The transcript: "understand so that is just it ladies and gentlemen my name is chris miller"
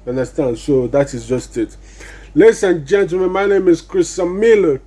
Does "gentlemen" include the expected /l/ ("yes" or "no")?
no